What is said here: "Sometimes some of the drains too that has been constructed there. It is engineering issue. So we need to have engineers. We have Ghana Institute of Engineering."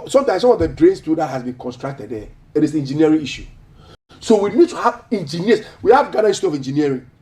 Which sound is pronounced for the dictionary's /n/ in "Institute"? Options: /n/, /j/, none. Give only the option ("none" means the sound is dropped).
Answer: none